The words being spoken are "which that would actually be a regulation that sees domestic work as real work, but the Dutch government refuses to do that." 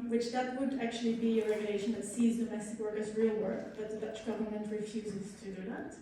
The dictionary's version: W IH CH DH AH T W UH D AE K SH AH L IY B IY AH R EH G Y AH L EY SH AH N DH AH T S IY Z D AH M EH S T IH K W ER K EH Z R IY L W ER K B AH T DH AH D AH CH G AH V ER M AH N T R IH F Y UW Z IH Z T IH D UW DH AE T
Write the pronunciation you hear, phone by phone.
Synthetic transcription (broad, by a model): W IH CH DH AH T W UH D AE K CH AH L IY B IY AH R EH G Y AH L EY SH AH N DH AH T S IY Z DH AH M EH S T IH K W ER K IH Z R IY L W ER K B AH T DH AH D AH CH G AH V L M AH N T R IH F Y UW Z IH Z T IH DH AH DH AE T